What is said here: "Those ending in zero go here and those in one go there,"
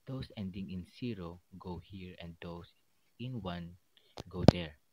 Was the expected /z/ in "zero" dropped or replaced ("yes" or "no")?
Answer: yes